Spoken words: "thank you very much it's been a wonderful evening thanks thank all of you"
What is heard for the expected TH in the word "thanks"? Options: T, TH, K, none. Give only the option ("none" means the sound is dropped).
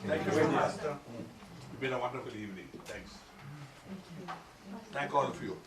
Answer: T